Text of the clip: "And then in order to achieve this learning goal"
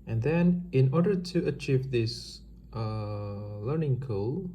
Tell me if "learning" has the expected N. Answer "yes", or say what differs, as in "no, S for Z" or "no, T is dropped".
yes